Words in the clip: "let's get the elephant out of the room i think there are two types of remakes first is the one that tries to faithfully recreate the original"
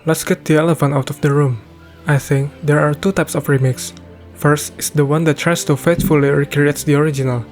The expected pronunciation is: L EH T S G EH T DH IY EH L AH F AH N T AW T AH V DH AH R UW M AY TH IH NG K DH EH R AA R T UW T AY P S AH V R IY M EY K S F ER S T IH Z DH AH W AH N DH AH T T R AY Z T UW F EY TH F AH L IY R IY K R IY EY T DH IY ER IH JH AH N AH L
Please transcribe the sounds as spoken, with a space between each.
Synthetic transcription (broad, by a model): L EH T S G EH T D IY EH L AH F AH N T AW T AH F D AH R UW M AY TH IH NG K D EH R AA R T UW T AY P S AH F R IY M EY K S F ER S T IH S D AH W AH N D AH T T R AY S T UW F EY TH F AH L IY R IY K R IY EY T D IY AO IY JH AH N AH L